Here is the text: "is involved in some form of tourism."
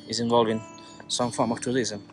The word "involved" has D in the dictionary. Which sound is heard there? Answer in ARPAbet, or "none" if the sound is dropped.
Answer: none